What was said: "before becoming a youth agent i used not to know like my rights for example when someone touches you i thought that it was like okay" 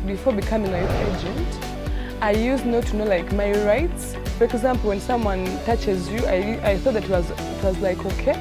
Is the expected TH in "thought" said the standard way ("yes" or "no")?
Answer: yes